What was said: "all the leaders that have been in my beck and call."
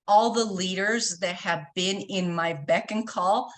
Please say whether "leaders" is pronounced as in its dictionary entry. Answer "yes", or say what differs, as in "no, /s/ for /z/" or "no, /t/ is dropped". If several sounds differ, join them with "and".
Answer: yes